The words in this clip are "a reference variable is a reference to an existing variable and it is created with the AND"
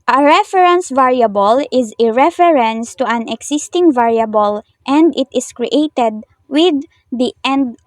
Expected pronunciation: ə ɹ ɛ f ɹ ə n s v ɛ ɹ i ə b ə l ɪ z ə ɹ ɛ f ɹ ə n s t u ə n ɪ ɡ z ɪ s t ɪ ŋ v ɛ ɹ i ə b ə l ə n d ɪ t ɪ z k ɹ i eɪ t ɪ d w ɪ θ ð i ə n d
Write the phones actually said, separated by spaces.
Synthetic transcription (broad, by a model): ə ɹ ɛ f ɹ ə n s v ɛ ɹ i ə b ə l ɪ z ə ɹ ɛ f ɹ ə n s t u ə n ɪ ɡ s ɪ s t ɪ ŋ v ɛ ɹ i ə b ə l ə n d ɪ t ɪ s k ɹ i eɪ t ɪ d w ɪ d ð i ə n d